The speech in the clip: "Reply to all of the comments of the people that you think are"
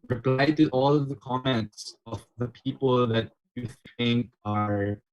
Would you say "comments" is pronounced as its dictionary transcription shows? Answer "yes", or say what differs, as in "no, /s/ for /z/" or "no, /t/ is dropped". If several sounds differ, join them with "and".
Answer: yes